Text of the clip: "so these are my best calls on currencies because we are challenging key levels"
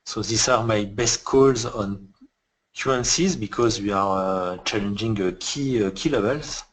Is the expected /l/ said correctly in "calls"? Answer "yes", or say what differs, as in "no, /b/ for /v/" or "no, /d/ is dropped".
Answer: yes